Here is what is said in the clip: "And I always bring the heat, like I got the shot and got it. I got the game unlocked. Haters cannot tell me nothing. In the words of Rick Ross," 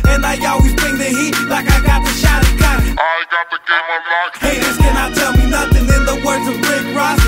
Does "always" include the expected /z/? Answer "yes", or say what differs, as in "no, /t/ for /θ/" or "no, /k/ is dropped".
yes